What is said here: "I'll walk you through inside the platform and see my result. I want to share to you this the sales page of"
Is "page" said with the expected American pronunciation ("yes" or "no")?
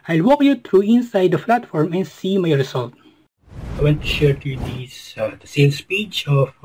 no